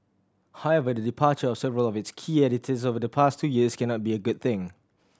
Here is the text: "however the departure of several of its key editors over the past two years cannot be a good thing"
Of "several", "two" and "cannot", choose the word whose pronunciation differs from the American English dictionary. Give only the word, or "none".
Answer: none